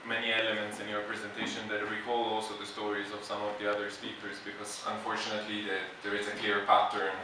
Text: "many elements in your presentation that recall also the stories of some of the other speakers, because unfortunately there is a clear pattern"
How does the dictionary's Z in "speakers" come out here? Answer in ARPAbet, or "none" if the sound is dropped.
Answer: Z